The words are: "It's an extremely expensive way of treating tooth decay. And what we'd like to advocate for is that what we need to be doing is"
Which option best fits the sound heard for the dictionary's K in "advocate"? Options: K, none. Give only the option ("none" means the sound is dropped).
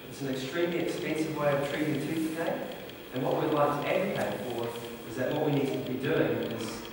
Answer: none